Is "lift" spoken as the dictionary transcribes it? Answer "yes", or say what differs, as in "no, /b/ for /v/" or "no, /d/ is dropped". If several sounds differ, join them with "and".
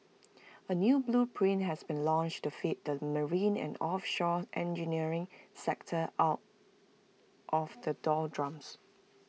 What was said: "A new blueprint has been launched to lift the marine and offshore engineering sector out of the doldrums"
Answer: no, /f/ is dropped